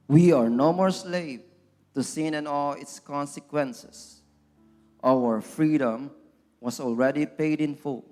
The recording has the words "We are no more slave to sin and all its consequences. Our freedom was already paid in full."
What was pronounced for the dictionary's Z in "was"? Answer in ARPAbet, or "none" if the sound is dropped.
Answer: S